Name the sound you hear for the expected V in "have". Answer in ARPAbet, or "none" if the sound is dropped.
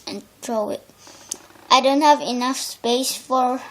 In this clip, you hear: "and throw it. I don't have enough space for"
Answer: V